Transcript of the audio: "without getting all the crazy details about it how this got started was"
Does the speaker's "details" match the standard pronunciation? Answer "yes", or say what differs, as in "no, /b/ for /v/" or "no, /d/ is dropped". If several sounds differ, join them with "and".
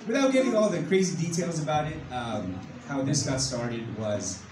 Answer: yes